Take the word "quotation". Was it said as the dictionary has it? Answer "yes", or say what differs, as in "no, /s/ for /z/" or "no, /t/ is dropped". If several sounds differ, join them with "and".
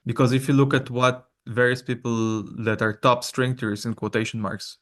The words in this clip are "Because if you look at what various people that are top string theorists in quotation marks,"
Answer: yes